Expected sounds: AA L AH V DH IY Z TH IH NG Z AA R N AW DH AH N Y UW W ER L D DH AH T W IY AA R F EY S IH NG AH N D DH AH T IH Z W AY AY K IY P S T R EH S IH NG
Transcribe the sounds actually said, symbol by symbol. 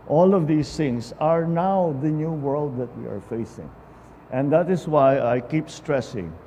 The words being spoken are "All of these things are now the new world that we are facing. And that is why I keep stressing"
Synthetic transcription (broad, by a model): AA L AH V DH IY S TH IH NG S AA R N AW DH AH N Y UW W ER L D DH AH T W IY AA R F EY S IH NG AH N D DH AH T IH S W AY AY K IY P S T R EH S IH NG